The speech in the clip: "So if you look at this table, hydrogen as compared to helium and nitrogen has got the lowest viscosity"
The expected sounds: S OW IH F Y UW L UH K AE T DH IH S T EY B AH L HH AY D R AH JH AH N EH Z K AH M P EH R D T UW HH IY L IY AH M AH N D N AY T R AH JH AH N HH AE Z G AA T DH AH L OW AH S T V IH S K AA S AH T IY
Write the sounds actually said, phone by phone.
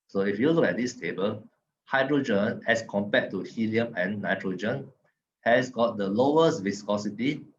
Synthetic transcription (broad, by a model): S OW IH F Y UW L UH K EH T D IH S T EY B AH L HH AY D R AH JH AH N EH S K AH M P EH T UW HH IY L IY AH M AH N N AY T R AH JH AH N HH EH S G AA T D AH L OW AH S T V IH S K AA S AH T IY